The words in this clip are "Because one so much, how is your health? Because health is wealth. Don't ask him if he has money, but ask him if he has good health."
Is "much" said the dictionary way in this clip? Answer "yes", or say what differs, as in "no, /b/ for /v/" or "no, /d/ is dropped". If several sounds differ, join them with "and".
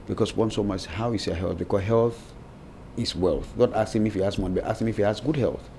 no, /s/ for /tʃ/